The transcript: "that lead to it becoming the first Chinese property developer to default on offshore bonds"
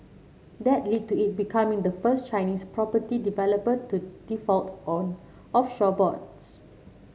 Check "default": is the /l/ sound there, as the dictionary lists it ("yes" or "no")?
yes